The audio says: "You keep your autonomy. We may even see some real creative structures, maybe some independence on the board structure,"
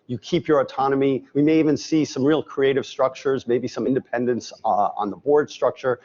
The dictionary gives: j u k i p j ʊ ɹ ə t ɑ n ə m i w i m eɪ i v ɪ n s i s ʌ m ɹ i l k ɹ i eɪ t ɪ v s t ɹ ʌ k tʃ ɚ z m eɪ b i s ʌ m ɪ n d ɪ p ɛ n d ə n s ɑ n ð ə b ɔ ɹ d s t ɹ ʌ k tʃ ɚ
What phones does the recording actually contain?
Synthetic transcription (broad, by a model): j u k i p j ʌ ɹ ə t ɑ n ə m i w i m eɪ i v ɪ n s i s ʌ m ɹ i l k ɹ i eɪ t ɪ v s t ɹ ʌ k tʃ ɚ z m eɪ b i s ʌ m ɪ n d ɪ p ɛ n d ə n s n ð ə b ɔ ɹ d s t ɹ ʌ k tʃ ɚ